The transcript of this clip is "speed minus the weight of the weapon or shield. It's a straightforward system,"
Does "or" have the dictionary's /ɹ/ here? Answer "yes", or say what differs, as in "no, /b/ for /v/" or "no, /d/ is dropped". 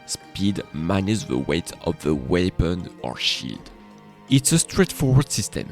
yes